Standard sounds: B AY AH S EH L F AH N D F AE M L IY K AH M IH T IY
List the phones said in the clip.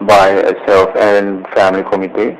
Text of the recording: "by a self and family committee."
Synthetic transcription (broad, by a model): B AY AH S EH L F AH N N F AE M L IY K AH M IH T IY